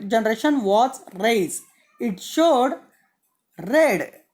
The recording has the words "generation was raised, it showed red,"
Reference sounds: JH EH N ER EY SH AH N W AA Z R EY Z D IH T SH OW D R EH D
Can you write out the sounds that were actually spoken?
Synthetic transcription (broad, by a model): JH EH N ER EY SH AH N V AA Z R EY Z IH T SH OW D R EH D